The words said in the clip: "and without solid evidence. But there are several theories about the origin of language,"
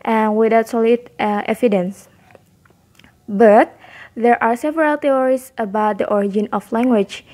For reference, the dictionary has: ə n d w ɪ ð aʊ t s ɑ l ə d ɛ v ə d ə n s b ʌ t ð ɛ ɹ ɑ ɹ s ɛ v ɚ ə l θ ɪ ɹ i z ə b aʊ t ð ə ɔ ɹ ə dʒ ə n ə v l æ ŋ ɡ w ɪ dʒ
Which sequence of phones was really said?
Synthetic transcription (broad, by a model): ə n w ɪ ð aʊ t s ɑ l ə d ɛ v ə d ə n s b ʌ t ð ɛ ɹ ɑ ɹ s ɛ v ɚ ə l t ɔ ɹ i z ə b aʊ t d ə ɔ ɹ ə dʒ ə n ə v l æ ŋ ɡ w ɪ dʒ